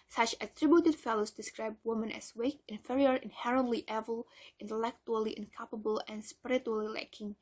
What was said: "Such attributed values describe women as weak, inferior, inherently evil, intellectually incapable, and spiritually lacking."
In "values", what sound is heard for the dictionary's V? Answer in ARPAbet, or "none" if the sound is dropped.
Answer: F